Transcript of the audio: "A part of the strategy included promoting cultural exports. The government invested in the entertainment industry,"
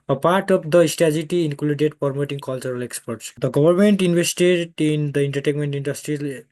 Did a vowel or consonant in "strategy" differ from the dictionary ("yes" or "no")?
yes